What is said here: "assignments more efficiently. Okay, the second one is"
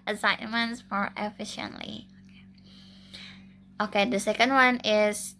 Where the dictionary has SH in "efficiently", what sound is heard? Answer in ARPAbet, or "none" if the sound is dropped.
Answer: SH